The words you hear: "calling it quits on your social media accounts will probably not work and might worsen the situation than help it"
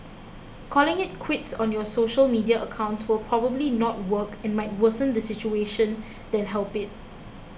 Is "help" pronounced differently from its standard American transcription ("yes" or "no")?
no